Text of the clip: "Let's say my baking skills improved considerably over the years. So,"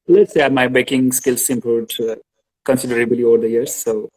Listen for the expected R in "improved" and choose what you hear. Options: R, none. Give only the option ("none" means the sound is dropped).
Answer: none